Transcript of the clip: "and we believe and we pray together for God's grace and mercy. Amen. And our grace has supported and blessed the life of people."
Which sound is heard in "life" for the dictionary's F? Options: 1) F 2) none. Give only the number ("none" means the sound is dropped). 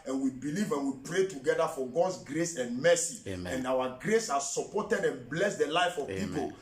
1